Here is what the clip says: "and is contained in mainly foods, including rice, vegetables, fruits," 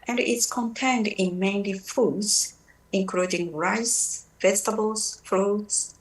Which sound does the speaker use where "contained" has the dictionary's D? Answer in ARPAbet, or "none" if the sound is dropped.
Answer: D